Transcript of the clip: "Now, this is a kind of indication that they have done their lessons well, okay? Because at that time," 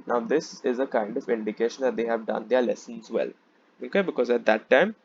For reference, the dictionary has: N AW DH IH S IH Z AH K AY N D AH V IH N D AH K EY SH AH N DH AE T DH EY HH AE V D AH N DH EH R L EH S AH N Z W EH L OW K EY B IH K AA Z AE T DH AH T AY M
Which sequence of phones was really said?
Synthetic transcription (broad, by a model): N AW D IH S IH Z AH K AY N D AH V IH N D AH K EY SH AH N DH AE T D EY HH AE V D AH N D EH R L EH S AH N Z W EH L OW K EY B IH K AA Z AE T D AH T AY M